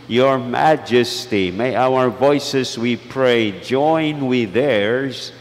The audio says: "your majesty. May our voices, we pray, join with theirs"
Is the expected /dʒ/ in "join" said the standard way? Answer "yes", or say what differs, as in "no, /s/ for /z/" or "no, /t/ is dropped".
yes